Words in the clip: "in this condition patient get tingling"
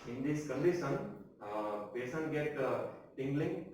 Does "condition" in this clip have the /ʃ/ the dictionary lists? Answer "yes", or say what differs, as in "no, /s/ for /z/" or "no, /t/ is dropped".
no, /s/ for /ʃ/